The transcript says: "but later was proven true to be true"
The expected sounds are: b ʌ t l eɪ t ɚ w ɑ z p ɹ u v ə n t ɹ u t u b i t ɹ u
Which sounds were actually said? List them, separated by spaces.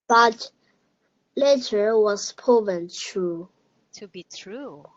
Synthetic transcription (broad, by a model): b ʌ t l eɪ t ɚ w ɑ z p ɔ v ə n t ɹ u t u b i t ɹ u